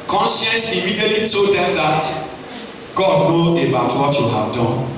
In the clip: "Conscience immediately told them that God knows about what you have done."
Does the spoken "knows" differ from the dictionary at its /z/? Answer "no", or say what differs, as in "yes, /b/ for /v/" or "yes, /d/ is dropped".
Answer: yes, /z/ is dropped